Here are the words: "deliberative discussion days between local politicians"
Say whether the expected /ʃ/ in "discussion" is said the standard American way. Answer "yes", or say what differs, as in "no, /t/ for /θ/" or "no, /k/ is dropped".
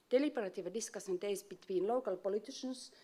no, /s/ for /ʃ/